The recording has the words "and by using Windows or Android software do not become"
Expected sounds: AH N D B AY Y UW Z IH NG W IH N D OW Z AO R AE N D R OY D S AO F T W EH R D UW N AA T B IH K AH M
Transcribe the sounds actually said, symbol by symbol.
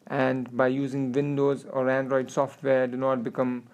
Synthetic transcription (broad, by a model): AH N D B AY Y UW Z IH NG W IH N D OW Z AO R AE N D R OY D S AO F T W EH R D UW N AA T B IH K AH M